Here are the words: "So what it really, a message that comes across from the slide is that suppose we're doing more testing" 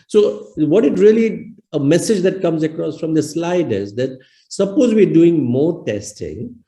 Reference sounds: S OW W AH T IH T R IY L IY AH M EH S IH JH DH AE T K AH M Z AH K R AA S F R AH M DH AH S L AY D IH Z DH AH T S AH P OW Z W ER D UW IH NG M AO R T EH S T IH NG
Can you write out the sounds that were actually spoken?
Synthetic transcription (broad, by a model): S OW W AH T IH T R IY L IY AH M EH S IH JH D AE T K AH M Z AH K R AA S F R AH M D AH S L AY D IH Z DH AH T S AH P OW Z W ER D UW IH NG M AO R T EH S T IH NG